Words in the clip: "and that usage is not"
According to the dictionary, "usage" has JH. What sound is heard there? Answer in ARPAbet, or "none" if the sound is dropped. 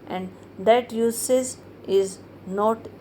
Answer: Z